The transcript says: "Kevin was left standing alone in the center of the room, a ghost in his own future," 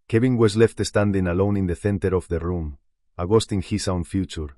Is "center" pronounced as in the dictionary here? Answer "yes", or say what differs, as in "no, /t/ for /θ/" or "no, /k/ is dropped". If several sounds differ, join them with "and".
no, /θ/ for /s/